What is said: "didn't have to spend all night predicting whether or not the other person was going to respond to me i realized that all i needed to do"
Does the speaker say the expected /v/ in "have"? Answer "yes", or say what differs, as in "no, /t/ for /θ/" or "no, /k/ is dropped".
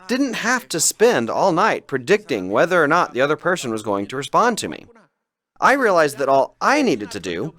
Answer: no, /f/ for /v/